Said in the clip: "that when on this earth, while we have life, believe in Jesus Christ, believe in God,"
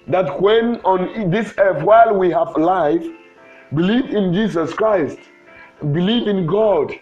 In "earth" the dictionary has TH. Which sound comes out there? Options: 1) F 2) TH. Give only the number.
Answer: 1